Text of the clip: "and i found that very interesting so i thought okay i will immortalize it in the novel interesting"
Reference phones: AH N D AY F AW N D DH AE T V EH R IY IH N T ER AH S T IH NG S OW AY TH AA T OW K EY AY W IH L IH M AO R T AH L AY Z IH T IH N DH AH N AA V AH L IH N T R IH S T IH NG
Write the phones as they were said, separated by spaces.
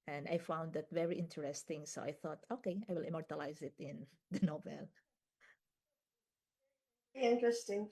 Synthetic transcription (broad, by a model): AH N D AY F AW N D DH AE T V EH R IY IH N T ER AH S T IH NG S OW AY TH AA T OW K EY AY W IH L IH M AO R T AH L AY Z IH T IH N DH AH N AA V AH L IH N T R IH S T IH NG